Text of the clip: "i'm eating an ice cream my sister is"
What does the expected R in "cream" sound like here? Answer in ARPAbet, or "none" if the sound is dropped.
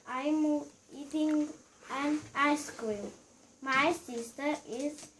none